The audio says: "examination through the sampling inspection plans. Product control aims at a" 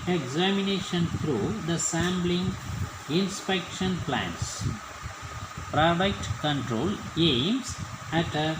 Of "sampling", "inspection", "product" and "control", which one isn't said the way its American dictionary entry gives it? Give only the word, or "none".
sampling